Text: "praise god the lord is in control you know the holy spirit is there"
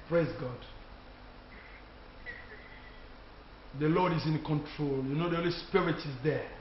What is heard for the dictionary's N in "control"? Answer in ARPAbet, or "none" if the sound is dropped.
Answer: N